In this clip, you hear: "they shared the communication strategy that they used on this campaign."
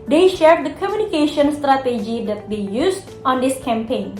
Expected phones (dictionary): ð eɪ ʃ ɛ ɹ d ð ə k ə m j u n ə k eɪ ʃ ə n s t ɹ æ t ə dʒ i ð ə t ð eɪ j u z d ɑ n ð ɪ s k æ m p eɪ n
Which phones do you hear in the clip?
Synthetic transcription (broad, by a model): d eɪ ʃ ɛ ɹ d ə k ə m j u n ə k eɪ ʃ ə n s t ɹ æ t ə dʒ i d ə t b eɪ j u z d ɑ n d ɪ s k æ m p eɪ n